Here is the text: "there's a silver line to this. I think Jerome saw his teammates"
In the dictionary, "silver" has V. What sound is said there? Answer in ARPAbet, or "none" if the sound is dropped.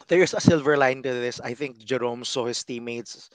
V